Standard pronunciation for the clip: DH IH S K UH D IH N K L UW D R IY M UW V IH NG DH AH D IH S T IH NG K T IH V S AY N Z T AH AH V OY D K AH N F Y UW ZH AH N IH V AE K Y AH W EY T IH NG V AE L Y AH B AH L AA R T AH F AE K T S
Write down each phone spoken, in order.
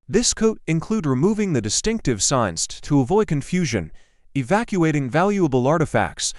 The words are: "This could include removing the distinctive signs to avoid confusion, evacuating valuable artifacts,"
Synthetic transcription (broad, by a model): DH IH S K UH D IH N K L UW D R IY M UW V IH NG DH AH D IH S T IH NG K T IH V S AY N Z T AH AH V OY D K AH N F Y UW ZH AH N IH V AE K Y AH EY T IH NG V AE L Y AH B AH L AA R T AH F AE K T S